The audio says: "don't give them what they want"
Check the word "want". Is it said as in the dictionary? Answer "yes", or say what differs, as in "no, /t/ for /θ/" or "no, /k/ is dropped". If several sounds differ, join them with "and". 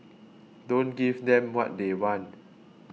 no, /t/ is dropped